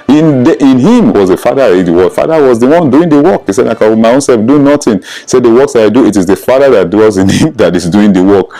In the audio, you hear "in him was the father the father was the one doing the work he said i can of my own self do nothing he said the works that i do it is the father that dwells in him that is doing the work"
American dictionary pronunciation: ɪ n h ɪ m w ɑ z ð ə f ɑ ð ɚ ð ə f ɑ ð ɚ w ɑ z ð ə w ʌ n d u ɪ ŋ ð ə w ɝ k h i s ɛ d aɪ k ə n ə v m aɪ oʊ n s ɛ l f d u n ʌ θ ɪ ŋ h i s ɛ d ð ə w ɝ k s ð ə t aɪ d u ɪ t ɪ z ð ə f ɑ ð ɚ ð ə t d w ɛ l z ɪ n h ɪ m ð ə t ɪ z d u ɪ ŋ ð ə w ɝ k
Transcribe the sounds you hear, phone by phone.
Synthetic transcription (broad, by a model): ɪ n h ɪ m w ɑ z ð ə f ɑ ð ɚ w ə f ɑ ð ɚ w ɑ z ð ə w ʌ n d u ɪ ŋ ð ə w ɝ k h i s ɛ d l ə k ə m aɪ oʊ n s ɛ l f d u n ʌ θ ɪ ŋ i s ɛ d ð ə w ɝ k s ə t aɪ d u ɪ t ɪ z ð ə f ɑ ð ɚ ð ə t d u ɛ z ɪ n h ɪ m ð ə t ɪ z d u ɪ ŋ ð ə w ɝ k